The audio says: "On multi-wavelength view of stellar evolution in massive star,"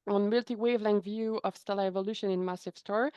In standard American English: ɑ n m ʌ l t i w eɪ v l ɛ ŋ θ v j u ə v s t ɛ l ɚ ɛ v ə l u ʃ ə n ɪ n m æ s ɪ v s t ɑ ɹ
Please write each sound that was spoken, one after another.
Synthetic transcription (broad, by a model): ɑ n m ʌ l t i w eɪ v l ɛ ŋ v j u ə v s t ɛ l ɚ ɛ v ə l u ʃ ə n ɪ n m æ s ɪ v s t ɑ ɹ